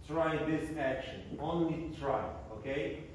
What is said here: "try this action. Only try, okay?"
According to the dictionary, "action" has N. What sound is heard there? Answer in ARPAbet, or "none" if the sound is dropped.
N